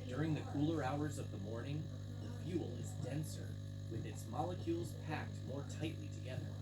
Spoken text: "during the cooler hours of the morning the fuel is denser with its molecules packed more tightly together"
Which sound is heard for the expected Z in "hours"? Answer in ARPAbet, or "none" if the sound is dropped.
Z